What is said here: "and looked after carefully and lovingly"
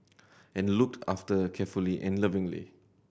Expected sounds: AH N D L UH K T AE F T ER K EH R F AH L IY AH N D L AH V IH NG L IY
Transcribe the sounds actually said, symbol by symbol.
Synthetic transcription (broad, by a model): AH N L UH K T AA F T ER K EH F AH L IY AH N L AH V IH NG L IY